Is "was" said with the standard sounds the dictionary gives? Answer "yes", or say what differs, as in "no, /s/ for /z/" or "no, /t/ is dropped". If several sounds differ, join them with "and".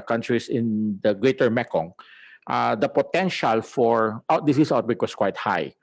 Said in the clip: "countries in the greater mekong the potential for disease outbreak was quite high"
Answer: no, /s/ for /z/